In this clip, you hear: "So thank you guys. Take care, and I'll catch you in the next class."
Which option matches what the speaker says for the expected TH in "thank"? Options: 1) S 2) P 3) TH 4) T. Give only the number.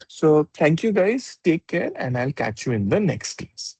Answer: 4